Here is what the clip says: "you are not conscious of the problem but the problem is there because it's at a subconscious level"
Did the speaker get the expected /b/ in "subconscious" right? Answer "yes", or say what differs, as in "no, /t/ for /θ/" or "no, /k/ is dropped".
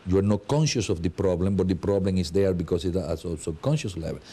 no, /b/ is dropped